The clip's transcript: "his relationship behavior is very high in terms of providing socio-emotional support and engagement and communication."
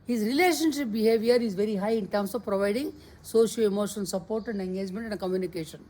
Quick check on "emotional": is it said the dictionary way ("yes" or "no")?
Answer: no